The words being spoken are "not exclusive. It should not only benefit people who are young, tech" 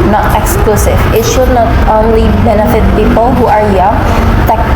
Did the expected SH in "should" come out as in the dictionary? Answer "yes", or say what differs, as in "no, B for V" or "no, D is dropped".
yes